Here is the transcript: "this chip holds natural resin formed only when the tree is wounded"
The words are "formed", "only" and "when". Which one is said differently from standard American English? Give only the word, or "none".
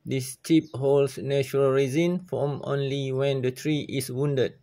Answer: formed